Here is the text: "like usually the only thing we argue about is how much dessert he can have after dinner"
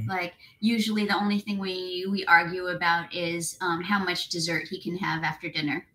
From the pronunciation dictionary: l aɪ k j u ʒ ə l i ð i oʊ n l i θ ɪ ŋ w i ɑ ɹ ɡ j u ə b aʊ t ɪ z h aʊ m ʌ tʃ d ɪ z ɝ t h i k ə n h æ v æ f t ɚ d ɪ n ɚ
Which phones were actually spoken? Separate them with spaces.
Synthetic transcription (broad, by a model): l aɪ k j u ʒ l i ð i oʊ n l i θ ɪ ŋ w i ɑ ɹ ɡ j u ə b aʊ t ɪ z h aʊ m ʌ tʃ d ɪ z ɝ t h i k ə n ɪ v æ f t ɚ d ɪ n ɚ